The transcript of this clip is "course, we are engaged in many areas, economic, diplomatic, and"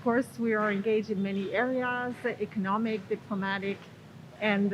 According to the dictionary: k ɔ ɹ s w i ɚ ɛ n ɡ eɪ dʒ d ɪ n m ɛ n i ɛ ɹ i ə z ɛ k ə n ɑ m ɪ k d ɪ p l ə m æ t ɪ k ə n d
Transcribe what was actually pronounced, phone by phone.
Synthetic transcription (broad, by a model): k ɔ ɹ s w i ɚ ɛ n ɡ eɪ dʒ d ɪ n m ɛ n i ɛ ɹ i ə z ɛ k ə n ɑ m ɪ k d ɪ p l ə m æ t ɪ k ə n